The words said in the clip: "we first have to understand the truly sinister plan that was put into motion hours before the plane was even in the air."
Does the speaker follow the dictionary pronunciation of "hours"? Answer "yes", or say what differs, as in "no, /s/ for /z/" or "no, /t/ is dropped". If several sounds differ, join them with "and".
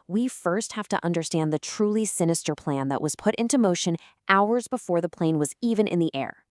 yes